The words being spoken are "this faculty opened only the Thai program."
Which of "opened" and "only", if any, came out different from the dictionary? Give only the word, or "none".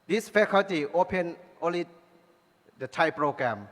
opened